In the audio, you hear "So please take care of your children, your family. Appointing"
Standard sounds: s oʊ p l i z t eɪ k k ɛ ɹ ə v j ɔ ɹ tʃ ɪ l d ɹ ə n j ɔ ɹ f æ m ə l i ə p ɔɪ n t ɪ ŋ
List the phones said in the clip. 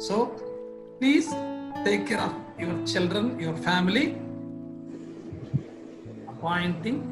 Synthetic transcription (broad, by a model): s oʊ p l i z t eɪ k k ɛ ɹ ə f j ɔ ɹ tʃ ɪ l d ɹ ə n j ɔ ɹ f æ m ə l i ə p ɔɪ n t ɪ ŋ